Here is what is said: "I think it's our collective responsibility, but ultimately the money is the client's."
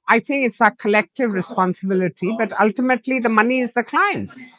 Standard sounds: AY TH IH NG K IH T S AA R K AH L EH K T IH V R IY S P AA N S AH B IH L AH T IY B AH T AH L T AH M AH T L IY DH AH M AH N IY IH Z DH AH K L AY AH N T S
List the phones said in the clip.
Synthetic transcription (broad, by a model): AY T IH NG K IH T S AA K AH L EH K T IH V R IY S P AA N S AH B IH L AH T IY B AH T AH L T AH M AH T L IY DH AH M AH N IY IH Z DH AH K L AY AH N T S